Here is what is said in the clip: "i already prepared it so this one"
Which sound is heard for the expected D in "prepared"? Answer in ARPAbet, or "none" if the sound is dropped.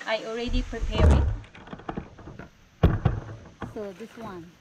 none